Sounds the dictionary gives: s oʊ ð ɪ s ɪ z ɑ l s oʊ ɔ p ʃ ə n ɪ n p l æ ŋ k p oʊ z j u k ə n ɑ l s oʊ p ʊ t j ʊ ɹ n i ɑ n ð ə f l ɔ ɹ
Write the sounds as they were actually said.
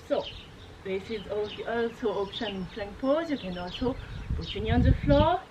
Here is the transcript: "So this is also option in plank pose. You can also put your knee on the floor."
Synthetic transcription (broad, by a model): s oʊ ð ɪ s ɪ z ɑ l s oʊ ɔ p ʃ ə n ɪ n f l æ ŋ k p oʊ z j u k ə n ɑ l s oʊ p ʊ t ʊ n i ɑ n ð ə f l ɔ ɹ